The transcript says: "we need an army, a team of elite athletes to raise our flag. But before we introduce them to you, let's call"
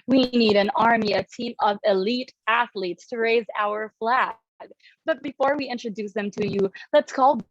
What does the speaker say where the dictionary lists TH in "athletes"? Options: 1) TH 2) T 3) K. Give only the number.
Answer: 1